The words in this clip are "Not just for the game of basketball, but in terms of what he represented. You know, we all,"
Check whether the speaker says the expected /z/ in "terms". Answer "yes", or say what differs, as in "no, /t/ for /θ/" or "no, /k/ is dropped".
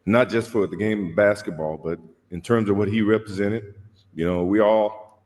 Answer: yes